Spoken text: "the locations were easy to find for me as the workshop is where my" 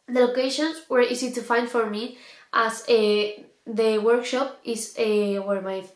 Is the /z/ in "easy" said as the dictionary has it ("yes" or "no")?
no